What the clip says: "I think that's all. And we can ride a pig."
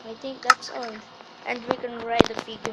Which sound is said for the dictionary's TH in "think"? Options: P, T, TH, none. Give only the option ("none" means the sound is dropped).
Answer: T